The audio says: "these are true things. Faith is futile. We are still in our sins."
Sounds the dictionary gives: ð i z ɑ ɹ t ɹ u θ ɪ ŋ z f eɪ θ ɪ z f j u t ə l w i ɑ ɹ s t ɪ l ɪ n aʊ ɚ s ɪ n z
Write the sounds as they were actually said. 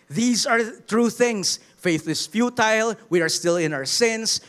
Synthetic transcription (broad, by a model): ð i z ɑ ɹ t ɹ u θ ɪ ŋ s f eɪ θ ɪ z f j u t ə l w i ɑ ɹ s t ɪ l ɪ n aʊ ɚ s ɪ n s